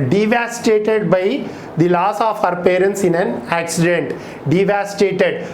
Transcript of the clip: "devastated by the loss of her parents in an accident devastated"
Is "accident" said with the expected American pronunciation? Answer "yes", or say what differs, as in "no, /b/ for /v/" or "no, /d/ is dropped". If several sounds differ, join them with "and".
yes